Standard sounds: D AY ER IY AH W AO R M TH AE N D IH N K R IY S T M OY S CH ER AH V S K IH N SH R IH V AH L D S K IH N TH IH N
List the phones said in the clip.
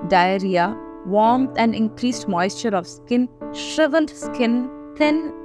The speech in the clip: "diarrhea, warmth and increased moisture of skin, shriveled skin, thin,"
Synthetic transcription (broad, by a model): D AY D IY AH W AO R M T AE N D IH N K R IY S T M OY S CH ER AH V S K IH N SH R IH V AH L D S K IH N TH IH N